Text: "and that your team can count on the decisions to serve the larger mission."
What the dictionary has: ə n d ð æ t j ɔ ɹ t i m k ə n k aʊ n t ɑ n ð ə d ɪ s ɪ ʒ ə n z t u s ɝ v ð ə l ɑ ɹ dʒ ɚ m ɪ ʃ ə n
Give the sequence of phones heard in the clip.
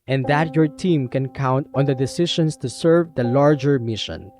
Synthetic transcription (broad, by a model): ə n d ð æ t j ɔ ɹ t i m k ə n k aʊ n t ɑ n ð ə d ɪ s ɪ ʃ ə n s t u s ɝ v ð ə l ɑ ɹ dʒ ɚ m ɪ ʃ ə n